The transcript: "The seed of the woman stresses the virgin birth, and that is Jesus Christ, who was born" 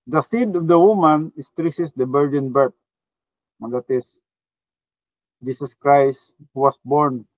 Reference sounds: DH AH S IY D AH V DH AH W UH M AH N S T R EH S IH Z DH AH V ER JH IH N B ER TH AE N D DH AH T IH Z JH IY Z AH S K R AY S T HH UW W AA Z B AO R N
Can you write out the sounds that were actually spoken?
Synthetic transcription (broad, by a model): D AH S IY D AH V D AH W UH M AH N S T R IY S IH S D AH B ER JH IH N B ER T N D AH T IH S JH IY S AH S K R AY S T HH UW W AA S B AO R N